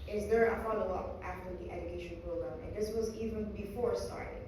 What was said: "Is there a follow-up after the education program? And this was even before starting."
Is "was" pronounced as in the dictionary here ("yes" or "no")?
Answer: yes